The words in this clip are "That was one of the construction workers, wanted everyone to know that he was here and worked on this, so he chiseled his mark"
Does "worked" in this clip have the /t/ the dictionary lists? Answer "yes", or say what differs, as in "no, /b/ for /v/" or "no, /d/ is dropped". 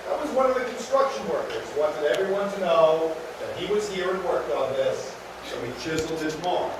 no, /t/ is dropped